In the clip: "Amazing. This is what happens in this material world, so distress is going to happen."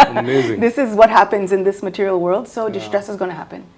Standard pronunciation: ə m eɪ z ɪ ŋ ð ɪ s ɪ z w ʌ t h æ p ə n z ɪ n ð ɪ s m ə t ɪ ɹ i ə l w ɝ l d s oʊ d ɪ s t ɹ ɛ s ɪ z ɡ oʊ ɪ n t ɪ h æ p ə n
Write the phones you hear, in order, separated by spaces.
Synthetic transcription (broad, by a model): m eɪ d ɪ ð ɪ s ɪ z w ʌ t h æ p ə n z ɪ n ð ɪ s m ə t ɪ ɹ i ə l w ɝ l d s oʊ d ɪ s t ɹ ɛ s ɪ z ɡ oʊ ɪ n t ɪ h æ p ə n